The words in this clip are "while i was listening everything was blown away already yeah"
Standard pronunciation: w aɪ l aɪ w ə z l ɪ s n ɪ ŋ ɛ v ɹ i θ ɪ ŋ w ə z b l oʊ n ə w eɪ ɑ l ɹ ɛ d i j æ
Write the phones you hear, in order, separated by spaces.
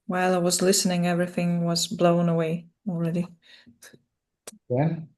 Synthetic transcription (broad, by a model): w aɪ l aɪ w ə z l ɪ s n ɪ ŋ ɛ v ɹ i θ ɪ ŋ w ə z b l oʊ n ə w eɪ ɑ l ɹ ɛ d i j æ